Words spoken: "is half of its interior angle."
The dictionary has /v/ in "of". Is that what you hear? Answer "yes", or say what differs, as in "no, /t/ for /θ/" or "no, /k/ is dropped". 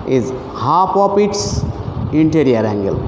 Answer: no, /p/ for /v/